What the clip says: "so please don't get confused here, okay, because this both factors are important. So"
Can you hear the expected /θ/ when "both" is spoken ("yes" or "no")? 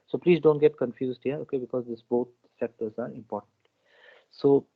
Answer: no